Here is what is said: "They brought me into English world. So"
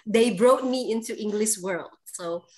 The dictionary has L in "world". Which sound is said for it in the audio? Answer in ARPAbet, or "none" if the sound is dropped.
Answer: L